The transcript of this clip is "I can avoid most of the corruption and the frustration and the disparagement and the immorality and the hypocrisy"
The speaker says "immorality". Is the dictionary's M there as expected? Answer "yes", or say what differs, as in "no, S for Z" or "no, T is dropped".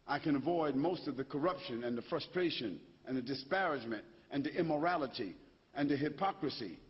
yes